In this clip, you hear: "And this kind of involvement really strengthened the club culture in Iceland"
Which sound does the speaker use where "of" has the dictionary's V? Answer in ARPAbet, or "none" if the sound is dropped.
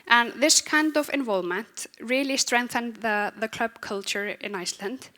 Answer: V